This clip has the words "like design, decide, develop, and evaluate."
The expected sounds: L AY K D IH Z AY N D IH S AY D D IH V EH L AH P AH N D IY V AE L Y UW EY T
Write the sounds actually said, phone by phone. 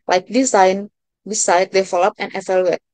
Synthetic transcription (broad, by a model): L AY K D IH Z AY N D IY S AY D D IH F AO L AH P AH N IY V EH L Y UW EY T